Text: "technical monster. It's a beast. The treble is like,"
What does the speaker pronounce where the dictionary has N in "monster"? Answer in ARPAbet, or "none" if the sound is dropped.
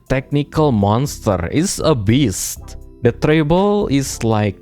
N